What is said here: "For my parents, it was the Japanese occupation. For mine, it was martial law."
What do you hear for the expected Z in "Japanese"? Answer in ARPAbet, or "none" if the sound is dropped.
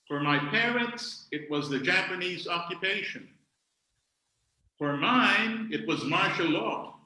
Z